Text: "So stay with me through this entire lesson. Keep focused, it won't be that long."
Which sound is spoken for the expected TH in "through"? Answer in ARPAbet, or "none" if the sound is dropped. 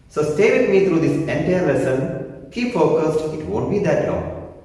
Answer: T